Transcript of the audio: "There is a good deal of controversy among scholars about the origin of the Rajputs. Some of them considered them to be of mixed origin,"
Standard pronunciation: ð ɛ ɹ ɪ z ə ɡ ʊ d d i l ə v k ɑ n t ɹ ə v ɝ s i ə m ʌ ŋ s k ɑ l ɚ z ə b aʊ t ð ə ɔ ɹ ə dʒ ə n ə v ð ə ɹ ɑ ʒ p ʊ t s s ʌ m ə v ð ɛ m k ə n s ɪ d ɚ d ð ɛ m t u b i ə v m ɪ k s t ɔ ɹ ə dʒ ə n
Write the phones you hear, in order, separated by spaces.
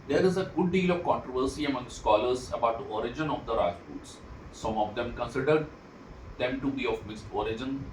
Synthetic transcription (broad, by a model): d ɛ ɹ ɪ z ə ɡ ʊ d d i l ə v k ɑ n t ɹ ə v ɝ s i ə m ʌ ŋ s k ɑ l ɚ z ə b aʊ t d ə ɔ ɹ ə dʒ ə n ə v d ə ɹ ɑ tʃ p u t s s ʌ m ə v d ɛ m k ə n s ɪ d ɚ d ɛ m t u b i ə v m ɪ s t ɔ ɹ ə dʒ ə n